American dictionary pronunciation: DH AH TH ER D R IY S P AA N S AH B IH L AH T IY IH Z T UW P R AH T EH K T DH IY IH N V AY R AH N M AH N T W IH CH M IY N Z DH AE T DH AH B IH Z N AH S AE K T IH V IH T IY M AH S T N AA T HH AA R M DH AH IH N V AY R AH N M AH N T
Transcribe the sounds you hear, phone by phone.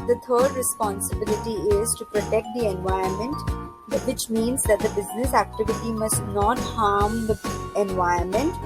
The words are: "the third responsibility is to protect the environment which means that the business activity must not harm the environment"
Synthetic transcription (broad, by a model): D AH T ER D R IY S P AA N S AH B IH L AH T IY IH Z T UW P R AH T EH K T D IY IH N V AY AH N M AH N T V IH CH M IY N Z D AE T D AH B IH Z N AH S AE K T IH V IH T IY M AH S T N AA T HH AA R M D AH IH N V AY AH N M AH N T